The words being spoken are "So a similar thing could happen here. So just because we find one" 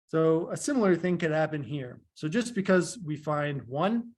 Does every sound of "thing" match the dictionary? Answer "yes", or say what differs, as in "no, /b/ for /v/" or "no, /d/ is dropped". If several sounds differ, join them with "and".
yes